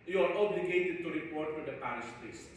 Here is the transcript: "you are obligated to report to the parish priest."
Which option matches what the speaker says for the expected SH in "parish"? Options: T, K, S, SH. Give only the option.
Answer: S